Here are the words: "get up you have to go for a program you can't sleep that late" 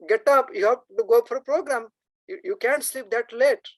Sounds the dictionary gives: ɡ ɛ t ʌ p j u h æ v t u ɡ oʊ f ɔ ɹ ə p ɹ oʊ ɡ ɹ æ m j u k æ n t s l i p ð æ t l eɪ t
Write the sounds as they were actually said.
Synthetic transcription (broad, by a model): ɡ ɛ t ʌ p j u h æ p t u ɡ oʊ f ɔ ɹ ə p ɹ oʊ ɡ ɹ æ m j u k æ n t s l i p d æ t l eɪ t